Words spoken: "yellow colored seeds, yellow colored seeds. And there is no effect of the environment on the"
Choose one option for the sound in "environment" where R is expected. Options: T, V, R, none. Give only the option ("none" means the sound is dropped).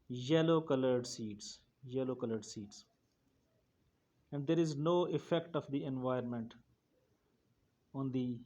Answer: none